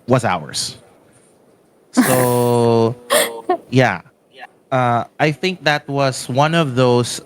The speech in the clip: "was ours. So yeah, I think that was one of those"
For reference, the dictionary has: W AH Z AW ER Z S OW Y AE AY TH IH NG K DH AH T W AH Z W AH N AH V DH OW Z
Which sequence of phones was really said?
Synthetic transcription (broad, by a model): W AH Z AW ER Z S OW Y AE AY TH IH NG K DH AH T W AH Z W AH N AH V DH OW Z